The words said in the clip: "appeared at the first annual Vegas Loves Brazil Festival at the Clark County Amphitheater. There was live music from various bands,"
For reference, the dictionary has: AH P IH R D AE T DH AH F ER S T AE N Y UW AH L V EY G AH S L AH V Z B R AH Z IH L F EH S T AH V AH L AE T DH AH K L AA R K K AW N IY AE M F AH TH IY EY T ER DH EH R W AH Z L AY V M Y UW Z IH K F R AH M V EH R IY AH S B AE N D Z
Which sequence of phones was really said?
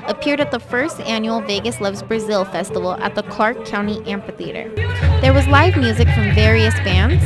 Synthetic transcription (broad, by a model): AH P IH R D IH T DH AH F ER S T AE N Y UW L V EY G AH S L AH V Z B R AH Z IH L F EH S T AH V L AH T DH AH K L AA R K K AW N IY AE M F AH TH IY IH T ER DH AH R W AH Z L AY V M Y UW Z IH K F R AH M V EH R IY AH S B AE N D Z